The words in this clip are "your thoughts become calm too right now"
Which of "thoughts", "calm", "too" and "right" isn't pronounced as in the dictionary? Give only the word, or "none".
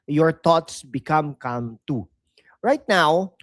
thoughts